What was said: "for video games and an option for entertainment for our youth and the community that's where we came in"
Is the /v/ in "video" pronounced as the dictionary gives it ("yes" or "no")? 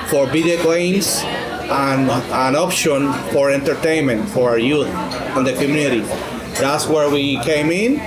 no